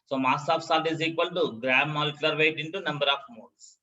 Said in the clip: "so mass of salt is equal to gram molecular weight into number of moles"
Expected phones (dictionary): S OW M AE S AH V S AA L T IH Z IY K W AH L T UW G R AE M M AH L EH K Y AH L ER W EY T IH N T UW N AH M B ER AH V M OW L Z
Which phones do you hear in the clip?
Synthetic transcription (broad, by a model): S OW M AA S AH F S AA T IH Z IY K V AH L T UW G R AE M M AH L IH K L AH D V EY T IH N T UW N AH M B ER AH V M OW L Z